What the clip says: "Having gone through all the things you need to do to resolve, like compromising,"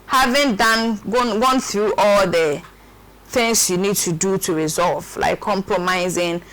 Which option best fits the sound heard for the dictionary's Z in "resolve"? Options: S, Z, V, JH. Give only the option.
Z